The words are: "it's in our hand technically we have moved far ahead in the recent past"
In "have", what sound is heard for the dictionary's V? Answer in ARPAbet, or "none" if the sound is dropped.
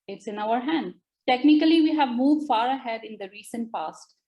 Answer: V